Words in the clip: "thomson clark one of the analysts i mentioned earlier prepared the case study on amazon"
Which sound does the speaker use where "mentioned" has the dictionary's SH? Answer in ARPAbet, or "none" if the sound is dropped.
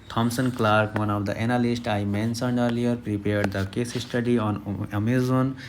S